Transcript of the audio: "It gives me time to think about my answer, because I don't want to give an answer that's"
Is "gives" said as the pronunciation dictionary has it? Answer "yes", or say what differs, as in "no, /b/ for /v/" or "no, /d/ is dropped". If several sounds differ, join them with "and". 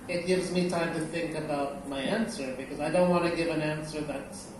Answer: yes